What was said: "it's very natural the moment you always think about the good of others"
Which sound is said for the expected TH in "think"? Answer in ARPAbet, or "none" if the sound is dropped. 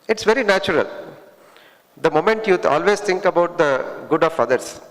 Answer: T